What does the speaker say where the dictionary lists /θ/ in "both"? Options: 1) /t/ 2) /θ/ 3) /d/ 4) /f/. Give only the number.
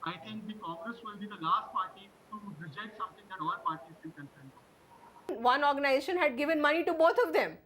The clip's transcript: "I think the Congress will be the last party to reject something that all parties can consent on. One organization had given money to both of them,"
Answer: 1